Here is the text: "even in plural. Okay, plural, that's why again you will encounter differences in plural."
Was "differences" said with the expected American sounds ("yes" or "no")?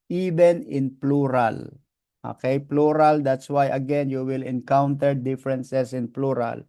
no